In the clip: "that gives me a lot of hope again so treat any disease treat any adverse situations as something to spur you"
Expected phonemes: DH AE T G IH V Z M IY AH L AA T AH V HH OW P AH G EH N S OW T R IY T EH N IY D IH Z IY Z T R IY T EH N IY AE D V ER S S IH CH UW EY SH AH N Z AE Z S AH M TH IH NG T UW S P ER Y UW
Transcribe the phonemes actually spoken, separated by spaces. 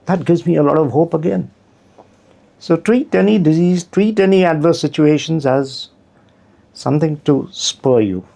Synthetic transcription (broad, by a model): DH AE T G IH V Z M IY AH L AA T AH V HH OW P AH G EH N S OW T R IY T EH N IY D IH Z IY Z T R IY T EH N IY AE D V ER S S IH CH UW EY SH AH N Z AE Z S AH M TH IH NG T UW S P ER Y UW